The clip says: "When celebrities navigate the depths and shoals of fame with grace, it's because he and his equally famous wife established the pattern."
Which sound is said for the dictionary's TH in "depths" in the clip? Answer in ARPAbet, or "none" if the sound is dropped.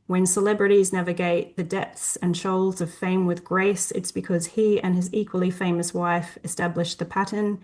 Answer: TH